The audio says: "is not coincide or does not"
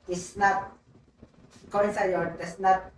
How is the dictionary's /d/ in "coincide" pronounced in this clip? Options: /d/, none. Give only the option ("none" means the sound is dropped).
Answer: none